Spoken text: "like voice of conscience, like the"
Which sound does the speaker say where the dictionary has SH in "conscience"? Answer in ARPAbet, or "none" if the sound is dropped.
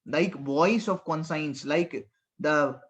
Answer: S